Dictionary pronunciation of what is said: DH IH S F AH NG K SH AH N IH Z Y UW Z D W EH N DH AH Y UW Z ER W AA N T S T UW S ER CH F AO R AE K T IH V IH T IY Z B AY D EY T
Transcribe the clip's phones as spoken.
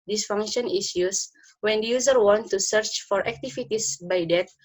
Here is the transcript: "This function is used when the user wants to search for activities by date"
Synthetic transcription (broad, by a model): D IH S F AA NG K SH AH N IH S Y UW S W EH N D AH Y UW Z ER W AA N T T UW S ER CH F AO R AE K T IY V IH T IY S B AY D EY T